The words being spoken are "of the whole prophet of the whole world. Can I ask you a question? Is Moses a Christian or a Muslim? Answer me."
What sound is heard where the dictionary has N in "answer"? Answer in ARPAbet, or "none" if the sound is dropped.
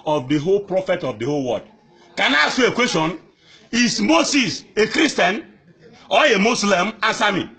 none